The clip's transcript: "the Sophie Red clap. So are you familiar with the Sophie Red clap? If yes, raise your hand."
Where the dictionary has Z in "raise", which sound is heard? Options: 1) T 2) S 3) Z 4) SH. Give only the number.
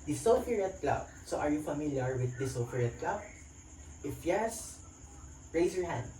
2